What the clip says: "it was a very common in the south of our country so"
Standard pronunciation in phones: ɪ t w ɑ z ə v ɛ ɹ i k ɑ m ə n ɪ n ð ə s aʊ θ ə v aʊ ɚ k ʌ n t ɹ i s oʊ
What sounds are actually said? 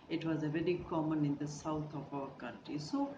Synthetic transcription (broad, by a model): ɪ t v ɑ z ə v ɛ ɹ i k ɑ m ə n ɪ n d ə s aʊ t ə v aʊ ɚ k ʌ n t ɹ i s oʊ